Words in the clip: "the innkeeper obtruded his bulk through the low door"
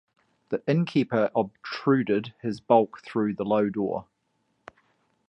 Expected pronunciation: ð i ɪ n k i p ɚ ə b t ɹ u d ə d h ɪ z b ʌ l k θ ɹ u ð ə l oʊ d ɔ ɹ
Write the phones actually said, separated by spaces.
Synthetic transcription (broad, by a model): ð i ɪ n k i p ɚ ə b t ɹ u d ə d h ɪ z b ʌ l k θ ɹ u ð ə l oʊ d ɔ